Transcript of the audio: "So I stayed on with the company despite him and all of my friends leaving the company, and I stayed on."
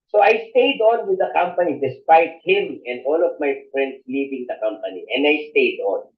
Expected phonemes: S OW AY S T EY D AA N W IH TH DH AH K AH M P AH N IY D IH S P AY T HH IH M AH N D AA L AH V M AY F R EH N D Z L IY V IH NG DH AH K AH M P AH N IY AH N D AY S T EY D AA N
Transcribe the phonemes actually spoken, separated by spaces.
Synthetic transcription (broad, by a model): S OW AY S T EY D AA N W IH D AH K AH M P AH N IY D IH S P AY T HH IH M AH N D AA L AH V M AY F R EH N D S L IY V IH NG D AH K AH M P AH N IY AH N D AY S T EY D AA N